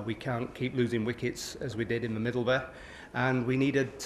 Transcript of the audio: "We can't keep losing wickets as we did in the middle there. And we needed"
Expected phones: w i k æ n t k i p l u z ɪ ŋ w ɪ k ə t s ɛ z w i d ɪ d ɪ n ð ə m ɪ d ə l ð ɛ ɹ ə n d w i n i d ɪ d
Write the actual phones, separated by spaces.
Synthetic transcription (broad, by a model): w i k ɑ n k i p l u z ɪ ŋ w ɪ k ə t s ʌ z w i d ɪ d ɪ n ð ə m ɪ d l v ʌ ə n w i n i d ɪ d